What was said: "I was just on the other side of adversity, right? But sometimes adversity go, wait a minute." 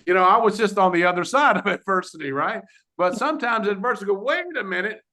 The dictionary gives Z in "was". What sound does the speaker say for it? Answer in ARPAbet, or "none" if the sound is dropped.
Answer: Z